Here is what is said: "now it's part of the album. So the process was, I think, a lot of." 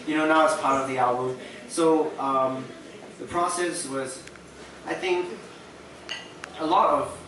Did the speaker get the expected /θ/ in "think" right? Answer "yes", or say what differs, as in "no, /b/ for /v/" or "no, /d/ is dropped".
yes